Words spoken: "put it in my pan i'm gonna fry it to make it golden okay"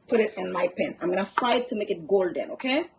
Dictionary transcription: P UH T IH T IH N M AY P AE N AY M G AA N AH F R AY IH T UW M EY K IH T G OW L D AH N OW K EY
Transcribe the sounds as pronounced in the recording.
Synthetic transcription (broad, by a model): P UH T IH T IH N M AY P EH N AY M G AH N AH F AY IH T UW M EY K IH T G OW L D AH N OW K EY